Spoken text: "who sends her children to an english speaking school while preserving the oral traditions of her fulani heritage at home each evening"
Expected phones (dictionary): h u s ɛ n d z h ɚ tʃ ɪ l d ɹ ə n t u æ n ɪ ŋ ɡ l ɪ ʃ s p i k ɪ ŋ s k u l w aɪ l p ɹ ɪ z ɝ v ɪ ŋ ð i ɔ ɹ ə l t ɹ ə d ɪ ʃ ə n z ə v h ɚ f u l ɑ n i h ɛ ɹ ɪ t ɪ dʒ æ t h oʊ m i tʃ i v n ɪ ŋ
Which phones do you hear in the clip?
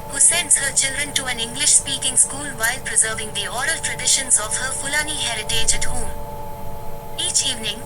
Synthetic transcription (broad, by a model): h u s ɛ n d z h ɚ tʃ ɪ l d ɹ ə n t u æ n ɪ ŋ ɡ l ɪ ʃ s p i k ɪ ŋ s k u l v aɪ l p ɹ ɪ z ɝ v ɪ ŋ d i ɔ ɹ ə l t ɹ ə d ɪ ʃ ə n z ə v h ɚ f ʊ l ɑ n i h ɛ ɹ ɪ t ɪ dʒ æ t h oʊ m i tʃ i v n ɪ ŋ